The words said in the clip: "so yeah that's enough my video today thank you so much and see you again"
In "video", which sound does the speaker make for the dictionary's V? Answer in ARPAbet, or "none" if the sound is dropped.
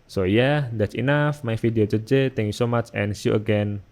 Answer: F